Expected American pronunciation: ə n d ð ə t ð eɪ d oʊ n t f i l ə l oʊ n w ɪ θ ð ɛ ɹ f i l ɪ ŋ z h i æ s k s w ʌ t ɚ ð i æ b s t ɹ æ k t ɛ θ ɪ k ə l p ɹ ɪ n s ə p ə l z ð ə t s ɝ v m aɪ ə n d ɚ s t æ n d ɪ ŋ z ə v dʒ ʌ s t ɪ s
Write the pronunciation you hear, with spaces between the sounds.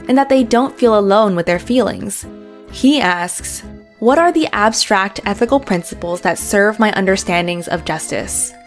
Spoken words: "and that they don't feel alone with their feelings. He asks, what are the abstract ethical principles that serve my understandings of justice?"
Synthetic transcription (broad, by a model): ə n ð ə t ð eɪ d oʊ n t f i l ə l oʊ n w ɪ ð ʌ ɹ f i l ɪ ŋ z h i æ s k s w ʌ t ɚ ð i æ b s t ɹ æ k t ɛ θ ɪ k l p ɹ ɪ n s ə p l z ð ə t s ɝ v m aɪ ə n d ɚ s t æ n d ɪ ŋ z ə v dʒ ʌ s t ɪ s